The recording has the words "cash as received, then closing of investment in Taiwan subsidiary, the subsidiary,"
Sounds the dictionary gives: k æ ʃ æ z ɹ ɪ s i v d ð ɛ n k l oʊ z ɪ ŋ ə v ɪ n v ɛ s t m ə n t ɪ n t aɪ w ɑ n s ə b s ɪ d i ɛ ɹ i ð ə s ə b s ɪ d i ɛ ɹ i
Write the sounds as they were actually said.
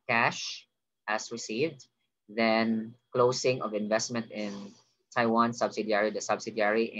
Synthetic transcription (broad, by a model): k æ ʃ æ s ɹ ɪ s i v d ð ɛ n k l oʊ s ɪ ŋ ə v ɪ n v ɛ s t m ə n t ɪ n t aɪ w ɑ n s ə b s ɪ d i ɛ ɹ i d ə s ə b s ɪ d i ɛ ɹ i